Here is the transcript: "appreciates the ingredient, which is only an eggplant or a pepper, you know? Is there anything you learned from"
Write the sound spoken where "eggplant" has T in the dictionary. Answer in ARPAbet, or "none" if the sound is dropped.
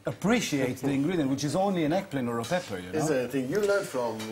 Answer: none